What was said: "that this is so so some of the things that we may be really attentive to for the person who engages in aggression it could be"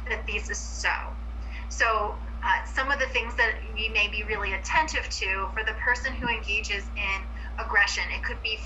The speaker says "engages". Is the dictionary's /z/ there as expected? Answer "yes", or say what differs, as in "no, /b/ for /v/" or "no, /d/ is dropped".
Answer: yes